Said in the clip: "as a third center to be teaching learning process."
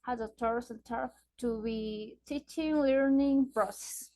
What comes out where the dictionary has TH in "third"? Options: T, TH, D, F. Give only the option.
T